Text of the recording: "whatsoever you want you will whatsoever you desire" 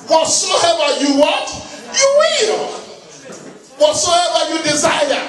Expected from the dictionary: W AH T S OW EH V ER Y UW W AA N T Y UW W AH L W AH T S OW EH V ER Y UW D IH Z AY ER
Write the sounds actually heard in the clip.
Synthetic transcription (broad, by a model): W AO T S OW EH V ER Y UW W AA T Y UW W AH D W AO S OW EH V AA Y UW D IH Z AY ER